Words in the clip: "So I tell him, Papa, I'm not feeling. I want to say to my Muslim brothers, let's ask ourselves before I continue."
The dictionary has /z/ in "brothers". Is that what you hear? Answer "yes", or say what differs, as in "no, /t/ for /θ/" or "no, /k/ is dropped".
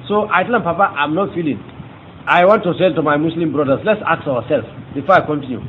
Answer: no, /s/ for /z/